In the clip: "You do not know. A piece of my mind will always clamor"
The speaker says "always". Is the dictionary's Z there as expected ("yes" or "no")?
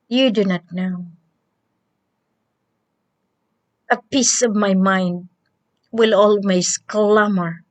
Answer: no